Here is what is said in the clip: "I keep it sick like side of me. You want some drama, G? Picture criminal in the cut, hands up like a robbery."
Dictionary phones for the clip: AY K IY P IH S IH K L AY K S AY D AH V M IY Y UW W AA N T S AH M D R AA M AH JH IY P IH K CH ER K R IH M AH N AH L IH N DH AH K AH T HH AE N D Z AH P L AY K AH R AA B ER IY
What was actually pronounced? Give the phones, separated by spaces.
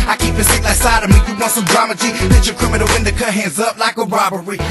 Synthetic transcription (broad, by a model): AY K IY P IH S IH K L AY K S AY D AH V M IY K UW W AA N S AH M D R AA M AH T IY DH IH CH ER K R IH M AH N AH W IH N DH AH K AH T HH AE N D Z AH P L AY K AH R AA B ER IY